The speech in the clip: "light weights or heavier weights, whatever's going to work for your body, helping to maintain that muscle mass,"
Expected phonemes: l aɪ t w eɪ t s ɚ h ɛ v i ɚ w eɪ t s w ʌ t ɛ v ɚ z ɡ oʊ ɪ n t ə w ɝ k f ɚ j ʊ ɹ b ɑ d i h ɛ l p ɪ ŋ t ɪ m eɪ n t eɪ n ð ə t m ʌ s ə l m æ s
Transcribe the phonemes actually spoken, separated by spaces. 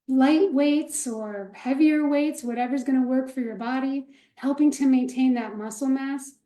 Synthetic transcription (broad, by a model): l aɪ t w eɪ t s ɚ h ɛ v i ɚ w eɪ t s w ʌ t ɛ v ɚ z ɡ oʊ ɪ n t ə w ɝ k f ɚ j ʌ ɹ b ɑ d i h ɛ l p ɪ ŋ t ɪ m eɪ n t eɪ n ð ə t m ʌ s l m æ s